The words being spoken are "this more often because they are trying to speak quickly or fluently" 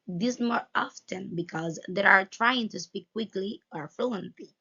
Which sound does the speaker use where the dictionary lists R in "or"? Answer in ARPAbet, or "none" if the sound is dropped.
R